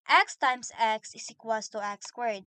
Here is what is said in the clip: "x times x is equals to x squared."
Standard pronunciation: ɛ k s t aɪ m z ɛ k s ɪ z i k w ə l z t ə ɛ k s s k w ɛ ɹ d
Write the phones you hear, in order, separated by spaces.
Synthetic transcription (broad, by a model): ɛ k s t aɪ m s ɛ k s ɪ s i k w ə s t ə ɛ k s s k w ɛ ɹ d